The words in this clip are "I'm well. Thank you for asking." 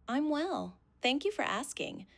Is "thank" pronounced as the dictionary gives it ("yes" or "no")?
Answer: yes